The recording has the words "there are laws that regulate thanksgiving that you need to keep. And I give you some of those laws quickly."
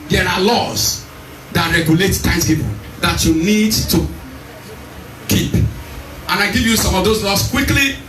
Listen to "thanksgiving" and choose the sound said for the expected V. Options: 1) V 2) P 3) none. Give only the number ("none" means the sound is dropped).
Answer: 2